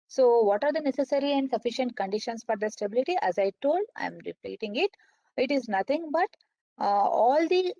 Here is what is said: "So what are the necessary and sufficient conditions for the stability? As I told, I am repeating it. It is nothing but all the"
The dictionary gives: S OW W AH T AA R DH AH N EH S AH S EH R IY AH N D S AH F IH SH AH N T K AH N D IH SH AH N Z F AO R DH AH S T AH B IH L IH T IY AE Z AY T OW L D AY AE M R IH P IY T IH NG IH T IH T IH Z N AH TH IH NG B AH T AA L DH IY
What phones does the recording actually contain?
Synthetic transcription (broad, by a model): S OW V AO T AA R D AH N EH S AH S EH R IY AH N D S AH F IH SH AH N T K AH N D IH SH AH N S F AO R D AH S T AH B IH L IH T IY AE Z AY T OW L D AY M R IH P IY T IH NG IH T IH T IH Z N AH T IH NG B AH T AA L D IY